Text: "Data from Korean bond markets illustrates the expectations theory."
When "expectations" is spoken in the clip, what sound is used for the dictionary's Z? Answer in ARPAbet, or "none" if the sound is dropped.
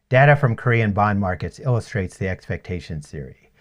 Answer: none